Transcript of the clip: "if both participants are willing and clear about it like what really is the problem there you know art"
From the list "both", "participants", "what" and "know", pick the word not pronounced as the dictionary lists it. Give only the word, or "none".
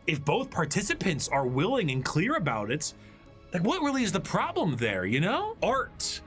none